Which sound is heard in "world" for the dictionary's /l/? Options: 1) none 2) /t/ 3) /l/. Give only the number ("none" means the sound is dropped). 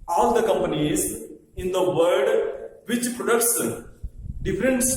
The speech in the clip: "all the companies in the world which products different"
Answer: 1